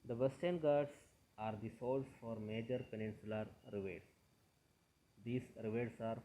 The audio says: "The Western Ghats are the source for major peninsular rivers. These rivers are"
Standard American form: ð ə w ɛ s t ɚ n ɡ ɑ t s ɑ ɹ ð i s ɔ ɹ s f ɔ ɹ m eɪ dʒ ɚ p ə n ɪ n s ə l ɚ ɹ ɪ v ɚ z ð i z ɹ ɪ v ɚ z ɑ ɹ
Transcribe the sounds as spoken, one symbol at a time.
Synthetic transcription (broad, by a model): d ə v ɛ s t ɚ n ɡ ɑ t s ɑ ɹ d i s ɔ l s f ɔ ɹ m eɪ dʒ ɚ p ə n ɪ n s ə l ɚ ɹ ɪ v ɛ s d i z ɹ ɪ v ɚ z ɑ ɹ